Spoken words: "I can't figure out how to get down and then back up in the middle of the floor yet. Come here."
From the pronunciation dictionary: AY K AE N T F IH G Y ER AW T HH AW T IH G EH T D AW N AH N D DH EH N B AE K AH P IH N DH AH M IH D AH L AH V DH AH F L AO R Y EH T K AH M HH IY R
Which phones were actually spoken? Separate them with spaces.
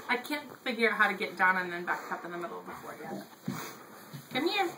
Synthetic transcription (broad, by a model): AY K AE N T F IH G Y ER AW HH AW T IH G EH T D AW N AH N DH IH N B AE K AH P IH N DH AH M IH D L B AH F AO R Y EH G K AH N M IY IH